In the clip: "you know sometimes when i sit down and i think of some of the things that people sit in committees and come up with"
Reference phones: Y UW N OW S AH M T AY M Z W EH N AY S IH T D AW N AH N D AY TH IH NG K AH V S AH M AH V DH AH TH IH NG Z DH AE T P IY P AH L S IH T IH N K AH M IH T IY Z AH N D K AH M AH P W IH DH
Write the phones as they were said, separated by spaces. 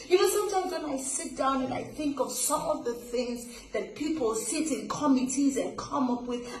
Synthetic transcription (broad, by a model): Y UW N OW S AH M T AY M Z W EH N AY S IH T D AW N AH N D AY TH IH NG K AH V S AH M AH V DH AH TH IH NG Z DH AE T P IY P AH L S IH T IH N K AH M IH T IY Z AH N K AH M AH P W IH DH